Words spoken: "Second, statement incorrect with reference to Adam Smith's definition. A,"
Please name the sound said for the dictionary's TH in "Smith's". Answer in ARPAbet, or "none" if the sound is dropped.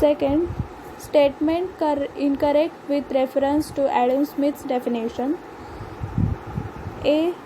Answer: T